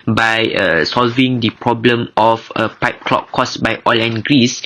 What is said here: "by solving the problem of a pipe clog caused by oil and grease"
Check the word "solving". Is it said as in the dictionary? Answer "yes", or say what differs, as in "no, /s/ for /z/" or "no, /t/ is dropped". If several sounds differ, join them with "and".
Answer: yes